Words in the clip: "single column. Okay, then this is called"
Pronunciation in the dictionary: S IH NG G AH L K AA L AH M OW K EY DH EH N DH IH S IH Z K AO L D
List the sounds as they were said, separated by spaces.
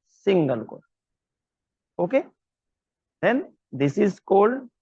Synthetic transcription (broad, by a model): S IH NG G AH L K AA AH OW K EY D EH N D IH S IH Z K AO L D